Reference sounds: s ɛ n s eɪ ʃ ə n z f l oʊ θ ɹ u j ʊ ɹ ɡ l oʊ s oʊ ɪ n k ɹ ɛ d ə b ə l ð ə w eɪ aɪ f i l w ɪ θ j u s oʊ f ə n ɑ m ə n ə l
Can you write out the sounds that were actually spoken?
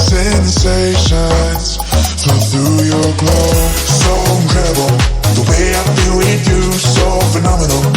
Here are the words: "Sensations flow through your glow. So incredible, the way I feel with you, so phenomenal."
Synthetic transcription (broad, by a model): s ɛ n s eɪ ʃ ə n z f oʊ θ ɹ u j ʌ ɹ ɡ l oʊ s oʊ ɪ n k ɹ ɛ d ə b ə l ð ə w eɪ aɪ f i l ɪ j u s oʊ f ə n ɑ m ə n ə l